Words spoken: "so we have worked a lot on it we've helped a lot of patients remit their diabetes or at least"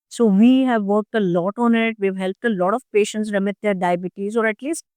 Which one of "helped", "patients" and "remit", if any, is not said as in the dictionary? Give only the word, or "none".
none